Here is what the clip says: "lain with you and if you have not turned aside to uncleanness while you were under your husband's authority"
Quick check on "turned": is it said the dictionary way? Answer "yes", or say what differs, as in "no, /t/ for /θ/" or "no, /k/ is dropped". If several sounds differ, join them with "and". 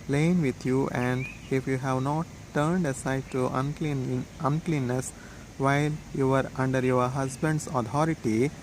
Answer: yes